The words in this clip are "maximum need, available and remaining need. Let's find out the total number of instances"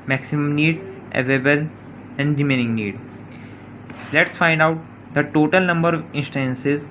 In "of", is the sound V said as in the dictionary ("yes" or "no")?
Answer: yes